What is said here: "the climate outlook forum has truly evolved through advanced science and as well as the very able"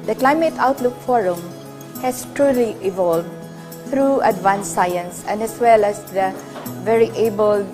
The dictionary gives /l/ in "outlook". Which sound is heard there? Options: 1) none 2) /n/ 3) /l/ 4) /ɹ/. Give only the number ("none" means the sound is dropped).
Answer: 3